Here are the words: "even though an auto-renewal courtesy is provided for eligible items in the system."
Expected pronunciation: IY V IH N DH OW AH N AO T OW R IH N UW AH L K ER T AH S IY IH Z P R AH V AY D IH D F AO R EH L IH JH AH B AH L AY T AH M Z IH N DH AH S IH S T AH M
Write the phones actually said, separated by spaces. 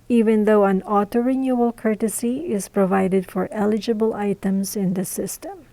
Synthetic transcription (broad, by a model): IY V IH N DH OW AH N AO T OW R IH N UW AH L K ER T AH S IY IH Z P R AH V AY D IH D F AO R EH L IH JH AH B AH L AY T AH M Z IH N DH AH S IH S T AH M